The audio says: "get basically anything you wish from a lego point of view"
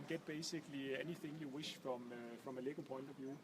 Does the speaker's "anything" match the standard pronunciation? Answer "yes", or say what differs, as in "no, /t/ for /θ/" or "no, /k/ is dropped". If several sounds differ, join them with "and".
yes